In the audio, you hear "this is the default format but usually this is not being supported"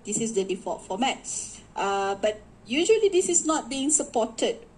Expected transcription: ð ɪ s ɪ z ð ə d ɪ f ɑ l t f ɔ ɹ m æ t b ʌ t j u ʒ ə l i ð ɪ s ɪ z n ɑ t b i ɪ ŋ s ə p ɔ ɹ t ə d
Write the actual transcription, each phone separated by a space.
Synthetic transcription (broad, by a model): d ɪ s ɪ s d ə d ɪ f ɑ t f ɔ m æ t b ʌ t j u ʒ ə l i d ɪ s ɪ s n ɑ t b i ɪ ŋ s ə p ɔ t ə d